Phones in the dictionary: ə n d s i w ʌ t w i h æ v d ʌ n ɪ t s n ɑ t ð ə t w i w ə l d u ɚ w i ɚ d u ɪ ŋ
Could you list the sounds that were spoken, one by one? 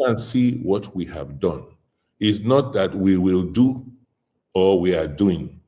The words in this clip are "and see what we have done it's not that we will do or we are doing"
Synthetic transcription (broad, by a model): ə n s i w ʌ t w i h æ v d ʌ n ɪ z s n ɑ t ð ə t w i w ə l d u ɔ w i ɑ d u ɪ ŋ